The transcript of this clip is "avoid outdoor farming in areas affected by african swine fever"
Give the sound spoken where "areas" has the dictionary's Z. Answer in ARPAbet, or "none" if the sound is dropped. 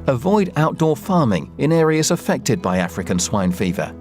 Z